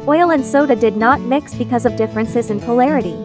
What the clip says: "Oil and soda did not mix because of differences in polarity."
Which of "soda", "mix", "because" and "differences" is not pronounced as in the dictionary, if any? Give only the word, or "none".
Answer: none